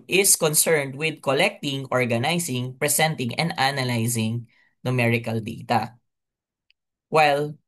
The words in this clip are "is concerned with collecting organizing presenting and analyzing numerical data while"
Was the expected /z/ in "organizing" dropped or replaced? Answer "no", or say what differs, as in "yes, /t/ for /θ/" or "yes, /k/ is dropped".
yes, /s/ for /z/